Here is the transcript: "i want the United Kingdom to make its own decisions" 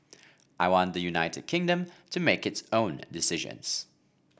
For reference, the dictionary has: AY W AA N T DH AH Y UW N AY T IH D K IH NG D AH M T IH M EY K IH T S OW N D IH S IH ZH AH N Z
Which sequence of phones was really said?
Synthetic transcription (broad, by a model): AY W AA N DH AH Y UW N AY T IH D K IH NG D AH M T IH M EY K IH T S OW N D IH S IH ZH AH N Z